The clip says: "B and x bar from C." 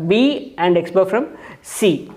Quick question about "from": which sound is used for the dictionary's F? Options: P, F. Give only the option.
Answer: F